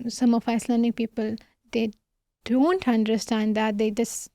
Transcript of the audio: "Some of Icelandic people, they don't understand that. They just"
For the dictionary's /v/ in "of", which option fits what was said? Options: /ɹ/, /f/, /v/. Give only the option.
/f/